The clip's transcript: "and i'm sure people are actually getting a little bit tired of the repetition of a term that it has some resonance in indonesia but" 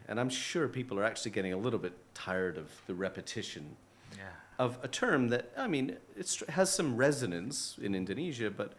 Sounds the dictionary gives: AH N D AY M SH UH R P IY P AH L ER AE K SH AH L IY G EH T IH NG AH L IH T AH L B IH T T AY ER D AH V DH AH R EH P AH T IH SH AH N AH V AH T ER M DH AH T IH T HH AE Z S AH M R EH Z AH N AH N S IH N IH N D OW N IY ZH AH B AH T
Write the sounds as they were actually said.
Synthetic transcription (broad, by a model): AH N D AY M SH UH R P IY P L ER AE K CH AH L IY G EH T IH NG AH L IH T L B IH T T AY ER D AH V DH AH R EH P AH T IH SH AH N AH V AH T ER M DH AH T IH T HH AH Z S AH M R EH Z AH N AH N S IH N IH N D OW N IY ZH AH B AH T